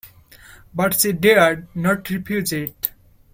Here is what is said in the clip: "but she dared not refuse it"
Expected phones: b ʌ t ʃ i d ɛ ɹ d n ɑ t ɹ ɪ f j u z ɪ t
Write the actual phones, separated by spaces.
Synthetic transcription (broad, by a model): b ʌ t s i d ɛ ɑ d n ɑ t ɹ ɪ p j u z ɪ t